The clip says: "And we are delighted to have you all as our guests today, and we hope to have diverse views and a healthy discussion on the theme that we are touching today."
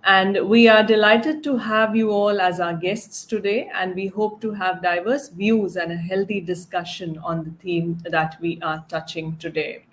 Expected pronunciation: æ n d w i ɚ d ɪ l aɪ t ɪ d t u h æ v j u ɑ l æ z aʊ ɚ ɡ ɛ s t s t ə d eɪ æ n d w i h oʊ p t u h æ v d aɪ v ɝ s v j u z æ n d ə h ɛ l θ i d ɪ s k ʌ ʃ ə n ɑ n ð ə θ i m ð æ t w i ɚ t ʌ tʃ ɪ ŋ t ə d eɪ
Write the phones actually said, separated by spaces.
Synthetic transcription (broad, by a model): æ n d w i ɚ d ɪ l aɪ t ɪ d t u h æ v j u ɑ l æ z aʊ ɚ ɡ ɛ s t s t ə d eɪ æ n d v i h oʊ p t u h æ v d aɪ v ɝ s v j u z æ n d ə h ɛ l t i d ɪ s k ʌ ʃ ə n ɑ n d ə t i m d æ t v i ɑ t ʌ tʃ ɪ ŋ t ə d eɪ